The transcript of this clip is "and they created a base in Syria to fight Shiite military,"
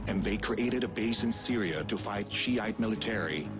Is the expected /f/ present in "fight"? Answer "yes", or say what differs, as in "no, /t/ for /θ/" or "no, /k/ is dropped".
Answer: yes